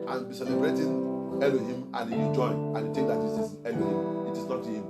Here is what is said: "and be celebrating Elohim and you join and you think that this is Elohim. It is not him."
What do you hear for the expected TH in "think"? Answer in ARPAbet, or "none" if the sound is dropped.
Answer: T